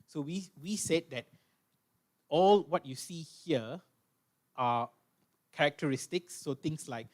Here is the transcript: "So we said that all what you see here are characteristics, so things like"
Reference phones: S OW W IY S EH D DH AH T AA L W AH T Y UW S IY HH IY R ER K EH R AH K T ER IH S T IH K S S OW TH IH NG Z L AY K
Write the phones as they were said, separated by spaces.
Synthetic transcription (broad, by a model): S OW W IY S EH D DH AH T AA L W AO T Y UW S IY HH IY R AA K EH R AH K T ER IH S T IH K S S OW T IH NG S L AY K